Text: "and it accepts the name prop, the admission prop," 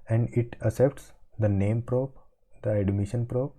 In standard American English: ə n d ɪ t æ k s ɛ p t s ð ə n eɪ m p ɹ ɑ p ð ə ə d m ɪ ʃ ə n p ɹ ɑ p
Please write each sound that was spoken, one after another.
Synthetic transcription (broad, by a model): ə n d ɪ t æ s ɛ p t s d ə n eɪ m p ɹ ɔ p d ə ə d m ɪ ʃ ə n p ɹ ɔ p